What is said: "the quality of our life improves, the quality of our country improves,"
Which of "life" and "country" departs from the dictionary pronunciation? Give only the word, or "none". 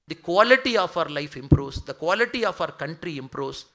none